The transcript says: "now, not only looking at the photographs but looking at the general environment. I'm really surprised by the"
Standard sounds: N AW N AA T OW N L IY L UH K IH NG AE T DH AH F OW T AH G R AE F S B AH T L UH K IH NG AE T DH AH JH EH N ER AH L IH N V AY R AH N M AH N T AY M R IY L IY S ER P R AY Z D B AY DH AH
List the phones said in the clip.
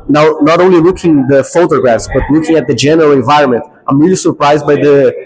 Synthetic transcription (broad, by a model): N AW N AA T OW N L IY L UH K IH NG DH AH F OW T AH G R AE F S B AH T L UH K IH NG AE T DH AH JH EH N ER AH L IH N V AY R AH N M AH N T AY M R IY L IY S ER P R AY Z D B AY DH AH